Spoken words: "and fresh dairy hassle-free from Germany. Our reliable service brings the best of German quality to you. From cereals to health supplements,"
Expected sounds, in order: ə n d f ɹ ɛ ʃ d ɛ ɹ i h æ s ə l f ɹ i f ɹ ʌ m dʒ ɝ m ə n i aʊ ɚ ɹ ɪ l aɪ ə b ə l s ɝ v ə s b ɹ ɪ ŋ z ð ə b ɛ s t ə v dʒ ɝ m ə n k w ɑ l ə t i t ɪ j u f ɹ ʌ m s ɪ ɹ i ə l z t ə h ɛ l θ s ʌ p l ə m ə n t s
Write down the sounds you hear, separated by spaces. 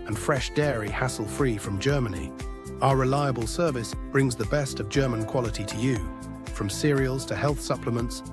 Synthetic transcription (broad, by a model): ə n f ɹ ɛ ʃ d ɛ ɹ i h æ s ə l f ɹ i f ɹ ʌ m dʒ ɝ m ə n i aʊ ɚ ɹ ɪ l aɪ ə b ə l s ɝ v ə s b ɹ ɪ ŋ z ð ə b ɛ s t ə v dʒ ɝ m ə n k w ɑ l ə t i t ɪ j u f ɹ ʌ m s ɪ ɹ i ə l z t ə h ɛ l θ s ʌ p l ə m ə n t s